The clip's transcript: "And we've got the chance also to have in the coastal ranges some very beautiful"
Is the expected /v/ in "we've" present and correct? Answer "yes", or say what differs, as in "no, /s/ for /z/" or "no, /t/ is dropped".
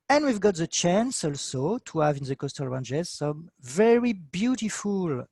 yes